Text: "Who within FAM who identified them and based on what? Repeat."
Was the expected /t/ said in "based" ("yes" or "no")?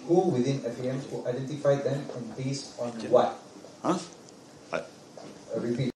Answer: no